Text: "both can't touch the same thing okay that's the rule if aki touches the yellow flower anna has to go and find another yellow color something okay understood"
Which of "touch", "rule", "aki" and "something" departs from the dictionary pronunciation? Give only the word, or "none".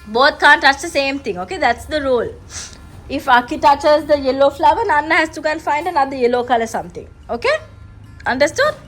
something